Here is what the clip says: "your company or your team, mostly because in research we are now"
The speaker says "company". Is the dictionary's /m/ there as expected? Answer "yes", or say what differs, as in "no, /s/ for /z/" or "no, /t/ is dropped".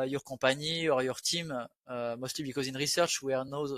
no, /m/ is dropped